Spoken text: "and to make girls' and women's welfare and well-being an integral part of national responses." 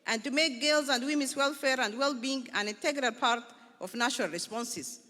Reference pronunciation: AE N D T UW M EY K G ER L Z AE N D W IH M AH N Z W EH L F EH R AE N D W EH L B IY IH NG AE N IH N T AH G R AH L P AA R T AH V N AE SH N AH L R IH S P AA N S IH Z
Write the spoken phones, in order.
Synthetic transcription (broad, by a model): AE N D T UW M EY K G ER L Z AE N D W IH M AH N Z W EH L F EH R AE N D W EH L B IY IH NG AE N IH N T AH G R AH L P AA R T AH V N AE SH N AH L R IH S P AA N S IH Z